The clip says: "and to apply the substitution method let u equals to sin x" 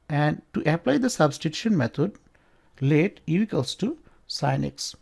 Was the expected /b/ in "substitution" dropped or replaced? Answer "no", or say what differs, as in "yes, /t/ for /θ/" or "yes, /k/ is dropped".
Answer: no